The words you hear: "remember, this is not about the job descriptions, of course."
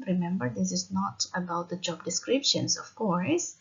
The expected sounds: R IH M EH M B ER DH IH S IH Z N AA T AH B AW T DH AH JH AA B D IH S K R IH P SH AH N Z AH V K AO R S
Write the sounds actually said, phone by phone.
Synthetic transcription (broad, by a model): R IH M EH M B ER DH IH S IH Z N AA T AH B AW T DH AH JH AA B D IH S K R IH P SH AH N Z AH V K AO R S